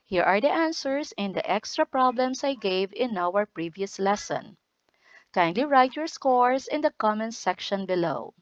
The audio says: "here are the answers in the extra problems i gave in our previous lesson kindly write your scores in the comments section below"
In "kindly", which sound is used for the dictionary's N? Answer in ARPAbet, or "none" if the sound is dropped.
N